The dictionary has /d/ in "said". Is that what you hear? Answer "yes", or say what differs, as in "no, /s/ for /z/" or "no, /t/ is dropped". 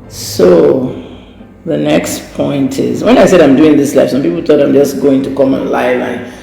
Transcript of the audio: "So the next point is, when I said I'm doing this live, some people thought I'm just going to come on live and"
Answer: yes